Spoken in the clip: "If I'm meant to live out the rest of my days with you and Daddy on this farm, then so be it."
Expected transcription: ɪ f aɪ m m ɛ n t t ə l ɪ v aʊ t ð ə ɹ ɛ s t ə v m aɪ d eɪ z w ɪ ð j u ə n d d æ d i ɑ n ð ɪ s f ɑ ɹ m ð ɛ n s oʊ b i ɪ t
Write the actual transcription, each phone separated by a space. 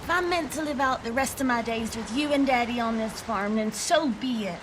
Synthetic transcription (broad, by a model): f aɪ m m ɛ n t t ə l ɪ v aʊ t ð ə ɹ ɛ s t ə v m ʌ d eɪ z w ɪ ð j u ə n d d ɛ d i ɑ n ð ɪ s f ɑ ɹ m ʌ n s oʊ b i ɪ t